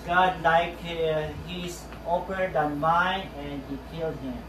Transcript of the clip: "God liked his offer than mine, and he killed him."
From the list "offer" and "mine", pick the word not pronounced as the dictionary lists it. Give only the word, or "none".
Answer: offer